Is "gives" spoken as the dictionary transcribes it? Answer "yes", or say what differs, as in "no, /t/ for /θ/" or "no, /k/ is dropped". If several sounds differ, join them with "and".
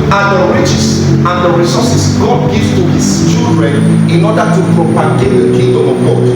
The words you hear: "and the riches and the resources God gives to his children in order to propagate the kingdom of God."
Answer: no, /z/ is dropped